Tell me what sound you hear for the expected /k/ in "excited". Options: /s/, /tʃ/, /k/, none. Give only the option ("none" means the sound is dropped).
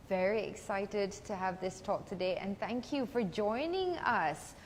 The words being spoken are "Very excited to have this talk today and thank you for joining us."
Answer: /k/